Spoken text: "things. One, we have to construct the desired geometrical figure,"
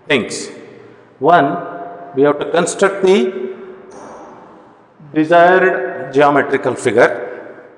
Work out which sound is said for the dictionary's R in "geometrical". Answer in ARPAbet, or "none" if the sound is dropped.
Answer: R